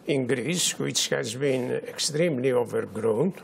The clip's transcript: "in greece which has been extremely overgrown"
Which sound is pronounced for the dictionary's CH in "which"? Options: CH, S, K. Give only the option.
S